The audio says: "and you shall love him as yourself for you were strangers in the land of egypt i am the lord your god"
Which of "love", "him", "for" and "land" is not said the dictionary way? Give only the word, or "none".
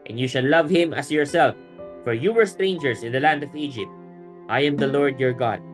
none